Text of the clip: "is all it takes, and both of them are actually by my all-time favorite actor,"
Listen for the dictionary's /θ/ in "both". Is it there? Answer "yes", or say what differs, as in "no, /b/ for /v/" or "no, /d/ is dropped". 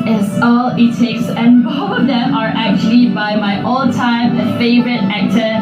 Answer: no, /f/ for /θ/